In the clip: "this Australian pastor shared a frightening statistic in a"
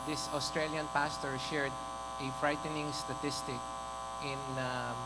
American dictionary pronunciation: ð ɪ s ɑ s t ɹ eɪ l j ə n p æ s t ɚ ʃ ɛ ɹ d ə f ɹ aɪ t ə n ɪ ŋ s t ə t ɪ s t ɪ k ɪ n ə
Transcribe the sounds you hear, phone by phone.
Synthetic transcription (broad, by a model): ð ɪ s ɑ s t ɹ eɪ l j ə n p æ s t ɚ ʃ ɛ ɹ d ə f ɹ aɪ t ə n ɪ ŋ s t ə t ɪ s t ɪ k ɪ n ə